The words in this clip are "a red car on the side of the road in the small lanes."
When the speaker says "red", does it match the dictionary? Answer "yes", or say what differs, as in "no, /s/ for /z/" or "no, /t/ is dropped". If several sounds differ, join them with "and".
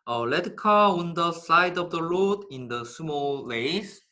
no, /l/ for /ɹ/